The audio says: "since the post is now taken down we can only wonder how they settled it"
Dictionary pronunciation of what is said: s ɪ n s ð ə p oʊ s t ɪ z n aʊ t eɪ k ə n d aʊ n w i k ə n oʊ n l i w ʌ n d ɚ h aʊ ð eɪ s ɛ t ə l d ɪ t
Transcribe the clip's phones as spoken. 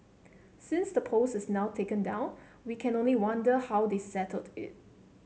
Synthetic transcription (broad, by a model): s ɪ n s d ə p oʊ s ɪ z n aʊ t eɪ k ə n d aʊ n w i k ə n oʊ n l i w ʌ n d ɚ h aʊ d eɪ s ɛ t ə l d ɪ t